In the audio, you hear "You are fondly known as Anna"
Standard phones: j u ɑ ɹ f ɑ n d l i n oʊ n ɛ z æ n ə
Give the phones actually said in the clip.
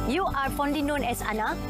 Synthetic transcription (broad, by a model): j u ɑ ɹ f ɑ n d i n oʊ n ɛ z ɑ n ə